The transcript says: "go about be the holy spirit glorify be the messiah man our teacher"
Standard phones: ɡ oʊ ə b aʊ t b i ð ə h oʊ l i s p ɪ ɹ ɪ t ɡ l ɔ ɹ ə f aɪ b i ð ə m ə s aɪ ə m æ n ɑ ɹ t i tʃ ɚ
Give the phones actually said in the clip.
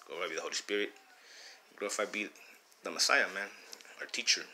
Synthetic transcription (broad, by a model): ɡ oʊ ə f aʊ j b i ð ə h oʊ l i s p ɪ ɹ ɪ t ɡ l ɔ ə f aɪ b i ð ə m ə s aɪ ə m æ n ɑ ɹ t i tʃ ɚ